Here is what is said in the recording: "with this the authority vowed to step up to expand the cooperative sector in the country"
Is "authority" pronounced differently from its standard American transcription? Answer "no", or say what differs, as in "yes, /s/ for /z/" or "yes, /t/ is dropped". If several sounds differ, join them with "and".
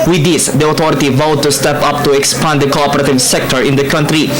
yes, /t/ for /θ/